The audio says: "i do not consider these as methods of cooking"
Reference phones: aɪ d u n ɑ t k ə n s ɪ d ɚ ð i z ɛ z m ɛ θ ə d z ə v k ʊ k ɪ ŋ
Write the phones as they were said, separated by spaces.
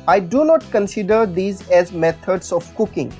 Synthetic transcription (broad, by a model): aɪ d u n ɑ t k ə n s ɪ d ɚ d i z ɛ z m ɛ t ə d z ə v k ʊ k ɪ ŋ